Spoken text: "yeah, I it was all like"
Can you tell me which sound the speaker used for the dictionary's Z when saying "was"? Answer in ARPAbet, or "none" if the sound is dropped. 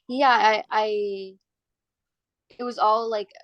Z